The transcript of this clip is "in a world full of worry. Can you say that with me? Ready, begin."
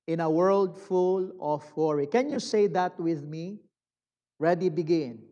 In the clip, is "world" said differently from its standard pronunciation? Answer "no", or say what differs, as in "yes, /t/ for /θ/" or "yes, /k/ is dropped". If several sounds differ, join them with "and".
no